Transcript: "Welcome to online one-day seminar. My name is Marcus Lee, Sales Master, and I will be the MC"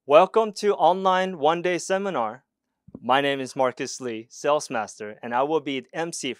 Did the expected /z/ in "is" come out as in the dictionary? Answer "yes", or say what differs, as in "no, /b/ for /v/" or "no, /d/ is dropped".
yes